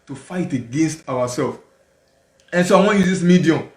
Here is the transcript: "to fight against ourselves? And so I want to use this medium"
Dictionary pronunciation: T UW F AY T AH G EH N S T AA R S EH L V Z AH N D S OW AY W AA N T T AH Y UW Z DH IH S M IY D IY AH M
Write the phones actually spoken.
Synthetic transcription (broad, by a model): T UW F AY T AH G EH N S T AA W S EH L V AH N S OW AY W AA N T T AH Y UW Z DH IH S M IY D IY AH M